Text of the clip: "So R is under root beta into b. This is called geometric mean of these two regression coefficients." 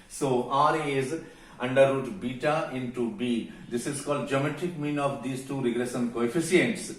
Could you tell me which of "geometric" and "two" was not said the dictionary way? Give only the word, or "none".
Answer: geometric